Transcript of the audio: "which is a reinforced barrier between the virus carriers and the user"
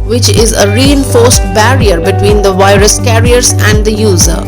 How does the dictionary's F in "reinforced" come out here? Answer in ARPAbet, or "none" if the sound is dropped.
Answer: F